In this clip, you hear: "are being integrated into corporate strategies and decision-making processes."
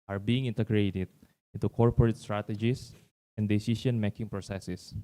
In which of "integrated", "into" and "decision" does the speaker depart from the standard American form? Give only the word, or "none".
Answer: decision